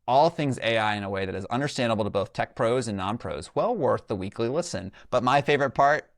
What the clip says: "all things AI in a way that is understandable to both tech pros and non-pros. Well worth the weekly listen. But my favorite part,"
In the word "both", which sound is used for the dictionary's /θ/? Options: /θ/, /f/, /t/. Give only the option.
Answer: /θ/